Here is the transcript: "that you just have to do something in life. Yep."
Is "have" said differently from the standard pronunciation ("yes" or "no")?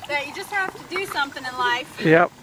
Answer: yes